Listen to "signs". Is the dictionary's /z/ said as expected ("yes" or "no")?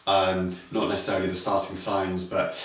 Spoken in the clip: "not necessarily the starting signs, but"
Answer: yes